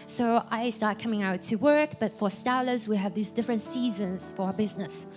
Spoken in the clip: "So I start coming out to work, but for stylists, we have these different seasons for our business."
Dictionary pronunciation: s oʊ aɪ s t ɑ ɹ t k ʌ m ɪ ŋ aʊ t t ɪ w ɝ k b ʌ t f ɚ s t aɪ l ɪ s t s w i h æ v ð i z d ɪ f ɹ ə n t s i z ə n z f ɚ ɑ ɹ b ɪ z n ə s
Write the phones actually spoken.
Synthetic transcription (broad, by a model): s oʊ aɪ s t ɑ ɹ t k ʌ m ɪ ŋ aʊ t t ɪ w ɝ k b ʌ t f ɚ s t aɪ l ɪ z w i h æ v ð i z d ɪ f ɹ ə n t s i z ə n z f ɚ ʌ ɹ b ɪ z n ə s